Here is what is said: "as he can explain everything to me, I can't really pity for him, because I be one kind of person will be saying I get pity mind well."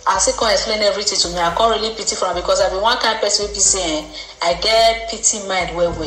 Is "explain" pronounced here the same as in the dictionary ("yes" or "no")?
yes